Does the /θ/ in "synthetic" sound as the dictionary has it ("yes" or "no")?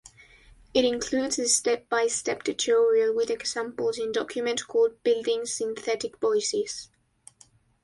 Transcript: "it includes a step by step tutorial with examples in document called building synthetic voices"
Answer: yes